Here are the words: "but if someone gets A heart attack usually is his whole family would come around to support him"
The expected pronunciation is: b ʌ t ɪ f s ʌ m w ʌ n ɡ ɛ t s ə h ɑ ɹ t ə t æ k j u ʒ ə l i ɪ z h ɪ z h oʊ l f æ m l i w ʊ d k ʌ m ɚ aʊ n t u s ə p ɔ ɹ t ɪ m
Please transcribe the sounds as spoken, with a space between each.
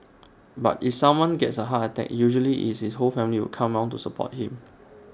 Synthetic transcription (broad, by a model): b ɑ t ɪ f s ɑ m w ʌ n ɡ ɛ t s ə h ɑ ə t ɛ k j u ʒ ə l i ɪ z h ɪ s h oʊ l f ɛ m l i w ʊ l k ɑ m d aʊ n t u s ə p ɔ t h ɪ m